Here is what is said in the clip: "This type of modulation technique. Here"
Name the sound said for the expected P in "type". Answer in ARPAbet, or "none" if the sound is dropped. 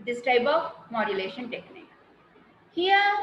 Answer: B